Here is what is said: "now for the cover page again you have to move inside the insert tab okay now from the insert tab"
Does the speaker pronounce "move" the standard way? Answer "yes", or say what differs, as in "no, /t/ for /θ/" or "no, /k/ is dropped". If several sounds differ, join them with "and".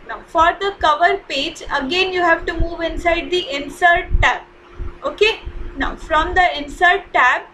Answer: yes